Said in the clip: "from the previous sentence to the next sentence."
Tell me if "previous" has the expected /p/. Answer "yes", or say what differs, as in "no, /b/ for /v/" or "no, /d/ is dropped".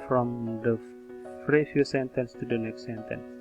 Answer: no, /f/ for /p/